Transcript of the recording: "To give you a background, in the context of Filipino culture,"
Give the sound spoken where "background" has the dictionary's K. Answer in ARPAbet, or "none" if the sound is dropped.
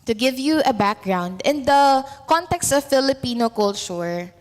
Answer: K